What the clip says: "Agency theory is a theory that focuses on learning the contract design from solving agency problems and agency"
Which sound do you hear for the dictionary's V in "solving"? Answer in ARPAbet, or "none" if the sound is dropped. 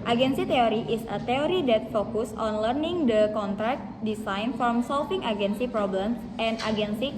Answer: F